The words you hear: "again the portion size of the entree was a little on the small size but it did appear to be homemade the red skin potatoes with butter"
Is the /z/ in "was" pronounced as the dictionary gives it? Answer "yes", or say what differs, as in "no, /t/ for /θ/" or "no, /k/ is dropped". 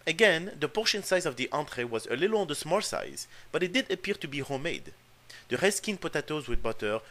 yes